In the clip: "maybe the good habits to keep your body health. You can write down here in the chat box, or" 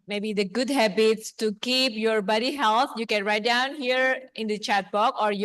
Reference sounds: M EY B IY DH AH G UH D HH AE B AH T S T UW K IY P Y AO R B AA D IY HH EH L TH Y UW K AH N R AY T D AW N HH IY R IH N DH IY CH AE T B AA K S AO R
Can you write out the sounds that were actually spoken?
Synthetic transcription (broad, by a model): M EY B IY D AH G UH D HH AE B AH T S T UW K IY P Y AO R B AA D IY HH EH L T Y UW K AH N R AY T D AW N HH IY R IH N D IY CH AE T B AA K AO R